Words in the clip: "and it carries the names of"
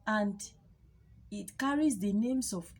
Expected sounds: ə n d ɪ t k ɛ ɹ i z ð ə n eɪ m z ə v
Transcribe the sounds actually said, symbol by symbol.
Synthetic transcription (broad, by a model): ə n d ɪ t k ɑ ɹ i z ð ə n eɪ m s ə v